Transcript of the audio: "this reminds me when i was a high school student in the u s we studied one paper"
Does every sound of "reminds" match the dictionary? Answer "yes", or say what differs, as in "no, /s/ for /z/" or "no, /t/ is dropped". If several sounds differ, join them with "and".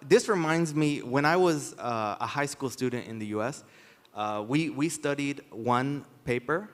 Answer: yes